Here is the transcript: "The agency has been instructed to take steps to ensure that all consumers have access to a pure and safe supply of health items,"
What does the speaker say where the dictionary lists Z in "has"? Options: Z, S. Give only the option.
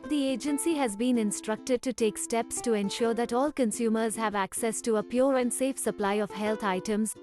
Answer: Z